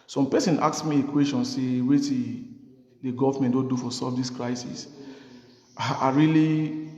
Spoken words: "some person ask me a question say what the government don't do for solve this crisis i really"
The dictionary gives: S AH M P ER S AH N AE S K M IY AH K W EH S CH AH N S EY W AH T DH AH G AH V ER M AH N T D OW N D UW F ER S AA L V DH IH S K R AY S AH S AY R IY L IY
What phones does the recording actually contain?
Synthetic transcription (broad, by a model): S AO M P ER S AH N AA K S M IY AH K W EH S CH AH N S EY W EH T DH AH G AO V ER M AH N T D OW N D UW F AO S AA V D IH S K R AY S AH S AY R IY L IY